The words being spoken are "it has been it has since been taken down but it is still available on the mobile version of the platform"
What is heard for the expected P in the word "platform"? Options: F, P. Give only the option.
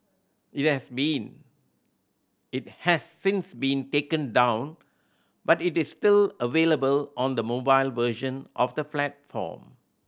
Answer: F